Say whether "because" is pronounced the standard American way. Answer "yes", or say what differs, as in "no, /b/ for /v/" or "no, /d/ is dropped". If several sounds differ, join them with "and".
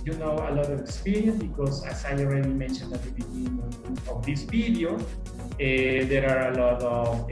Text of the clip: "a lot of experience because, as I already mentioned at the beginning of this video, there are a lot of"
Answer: no, /s/ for /z/